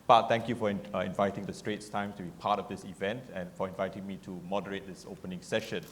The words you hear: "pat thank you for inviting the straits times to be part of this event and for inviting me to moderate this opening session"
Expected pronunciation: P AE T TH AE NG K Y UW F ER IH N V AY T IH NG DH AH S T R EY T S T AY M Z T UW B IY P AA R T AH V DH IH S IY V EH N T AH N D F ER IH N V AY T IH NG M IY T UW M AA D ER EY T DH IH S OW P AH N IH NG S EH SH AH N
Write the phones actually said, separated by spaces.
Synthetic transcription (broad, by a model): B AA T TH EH NG K Y UW F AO IH N V AY T IH NG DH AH S T R EY T S T AY M T UW B IY P AA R T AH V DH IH S IY V EH N T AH N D F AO IH N V AY T IH NG M IY T UW M AA D ER EY T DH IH S OW P AH N IH NG S EH SH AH N